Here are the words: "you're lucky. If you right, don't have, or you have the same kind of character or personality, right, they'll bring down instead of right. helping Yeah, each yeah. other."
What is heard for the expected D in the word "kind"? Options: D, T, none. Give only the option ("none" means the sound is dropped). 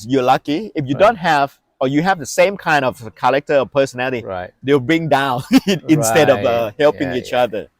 D